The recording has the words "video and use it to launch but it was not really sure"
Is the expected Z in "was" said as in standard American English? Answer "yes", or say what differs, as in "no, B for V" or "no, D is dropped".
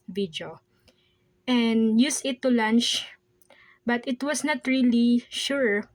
no, S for Z